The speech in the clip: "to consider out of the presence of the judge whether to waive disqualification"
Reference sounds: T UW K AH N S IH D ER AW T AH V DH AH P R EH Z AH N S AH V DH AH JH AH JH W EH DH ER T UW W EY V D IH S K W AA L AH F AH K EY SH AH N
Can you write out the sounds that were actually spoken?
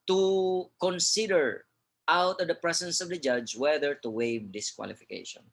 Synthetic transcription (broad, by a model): T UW K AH N S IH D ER AW T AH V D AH P R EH S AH N S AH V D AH JH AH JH W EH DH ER T UW W EY V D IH S K W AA L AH F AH K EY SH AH N